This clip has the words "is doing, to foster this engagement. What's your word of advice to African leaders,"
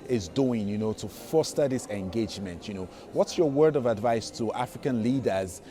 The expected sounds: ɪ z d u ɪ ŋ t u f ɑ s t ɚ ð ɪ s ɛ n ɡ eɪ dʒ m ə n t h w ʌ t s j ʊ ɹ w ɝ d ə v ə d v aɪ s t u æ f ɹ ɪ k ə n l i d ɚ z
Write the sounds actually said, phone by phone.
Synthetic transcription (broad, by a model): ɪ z d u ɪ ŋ t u f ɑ s t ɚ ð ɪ s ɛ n ɡ eɪ dʒ m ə n t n w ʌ t s j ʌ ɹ w ɝ d ə v ə d v aɪ s t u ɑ f ɹ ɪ k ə n l i d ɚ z